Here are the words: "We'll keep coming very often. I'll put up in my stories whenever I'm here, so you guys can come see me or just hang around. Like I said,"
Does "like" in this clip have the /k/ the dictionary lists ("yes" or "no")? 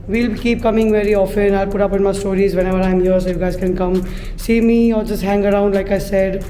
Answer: yes